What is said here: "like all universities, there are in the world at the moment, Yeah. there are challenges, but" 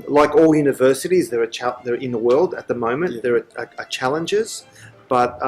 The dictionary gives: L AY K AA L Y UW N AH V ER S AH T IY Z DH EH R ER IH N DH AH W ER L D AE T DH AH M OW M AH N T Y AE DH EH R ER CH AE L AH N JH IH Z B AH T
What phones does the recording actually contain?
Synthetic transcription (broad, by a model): L AY K AA L Y UW N AH V ER S AH T IY Z DH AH R ER IH N DH AH W ER L D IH T DH AH M OW M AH N DH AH R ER CH AE L AH N JH IH Z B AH T